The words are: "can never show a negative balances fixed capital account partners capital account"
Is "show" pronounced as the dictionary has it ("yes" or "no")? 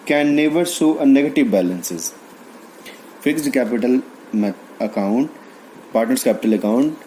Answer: no